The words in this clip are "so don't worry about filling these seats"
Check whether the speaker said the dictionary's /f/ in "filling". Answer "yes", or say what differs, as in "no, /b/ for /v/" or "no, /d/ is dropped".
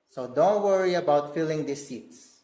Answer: yes